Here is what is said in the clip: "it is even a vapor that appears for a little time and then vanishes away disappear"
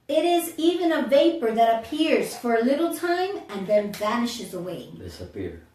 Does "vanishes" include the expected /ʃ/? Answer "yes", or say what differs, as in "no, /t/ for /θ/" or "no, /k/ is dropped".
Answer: yes